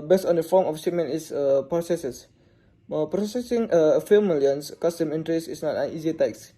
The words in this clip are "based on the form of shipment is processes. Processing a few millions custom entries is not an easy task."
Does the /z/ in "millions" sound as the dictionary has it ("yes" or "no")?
no